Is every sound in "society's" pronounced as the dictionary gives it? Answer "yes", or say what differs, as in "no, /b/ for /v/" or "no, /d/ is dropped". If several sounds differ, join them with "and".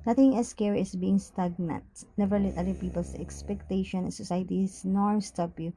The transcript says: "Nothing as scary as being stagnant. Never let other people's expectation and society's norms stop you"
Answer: no, /s/ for /z/